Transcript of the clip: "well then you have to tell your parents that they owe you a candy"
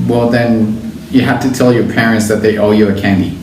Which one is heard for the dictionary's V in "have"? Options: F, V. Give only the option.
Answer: F